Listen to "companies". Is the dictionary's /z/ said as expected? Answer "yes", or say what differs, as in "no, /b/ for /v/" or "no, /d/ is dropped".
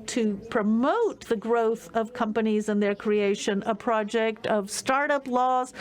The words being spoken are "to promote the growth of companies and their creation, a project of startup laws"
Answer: yes